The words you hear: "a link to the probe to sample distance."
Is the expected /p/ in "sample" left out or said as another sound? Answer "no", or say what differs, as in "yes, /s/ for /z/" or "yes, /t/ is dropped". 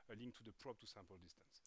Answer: no